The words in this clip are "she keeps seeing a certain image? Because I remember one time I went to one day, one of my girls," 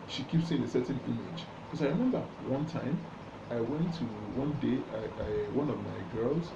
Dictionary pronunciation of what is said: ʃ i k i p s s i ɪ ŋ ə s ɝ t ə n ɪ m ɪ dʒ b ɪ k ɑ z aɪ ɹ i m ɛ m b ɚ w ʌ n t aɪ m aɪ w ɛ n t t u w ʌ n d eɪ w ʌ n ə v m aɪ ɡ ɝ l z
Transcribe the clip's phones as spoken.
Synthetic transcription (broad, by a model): ʃ i k i p s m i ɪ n ə s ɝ t n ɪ m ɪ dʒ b k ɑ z aɪ ɹ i m ɛ m b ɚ w ʌ n t aɪ m aɪ w ɛ n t t u w ʌ n d eɪ w ʌ n ə v m aɪ ɡ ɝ l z